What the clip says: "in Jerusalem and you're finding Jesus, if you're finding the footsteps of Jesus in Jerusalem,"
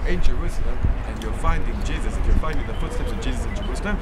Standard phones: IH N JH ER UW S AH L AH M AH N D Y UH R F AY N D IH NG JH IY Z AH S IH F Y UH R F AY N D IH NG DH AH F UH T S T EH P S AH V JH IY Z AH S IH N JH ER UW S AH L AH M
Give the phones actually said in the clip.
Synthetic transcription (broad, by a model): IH N JH ER UW S AH L AH M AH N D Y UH F AY N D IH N JH IY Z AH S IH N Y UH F AY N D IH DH DH AH F UH T S T EH P S AH V JH IY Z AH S IH N JH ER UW S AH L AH M